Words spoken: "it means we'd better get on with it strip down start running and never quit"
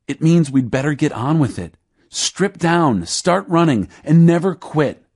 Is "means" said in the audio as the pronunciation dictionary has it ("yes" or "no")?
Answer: yes